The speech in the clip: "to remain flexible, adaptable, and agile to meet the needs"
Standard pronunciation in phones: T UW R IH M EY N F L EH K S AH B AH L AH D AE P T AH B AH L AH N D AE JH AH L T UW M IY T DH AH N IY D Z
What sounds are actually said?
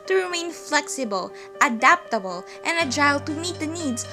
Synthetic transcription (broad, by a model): T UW R IH M EY N F L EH K S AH B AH L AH D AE P T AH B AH L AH N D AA AH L T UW M IY T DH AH N IY D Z